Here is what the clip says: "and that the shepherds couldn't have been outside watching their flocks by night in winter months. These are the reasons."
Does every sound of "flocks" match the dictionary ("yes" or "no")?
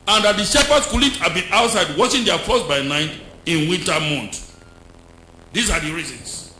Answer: no